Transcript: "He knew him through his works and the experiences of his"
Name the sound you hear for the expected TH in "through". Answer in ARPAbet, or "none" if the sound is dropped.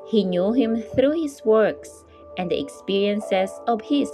TH